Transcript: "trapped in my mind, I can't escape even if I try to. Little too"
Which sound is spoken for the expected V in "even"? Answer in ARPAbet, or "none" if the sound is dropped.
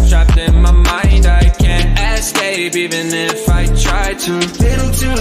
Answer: V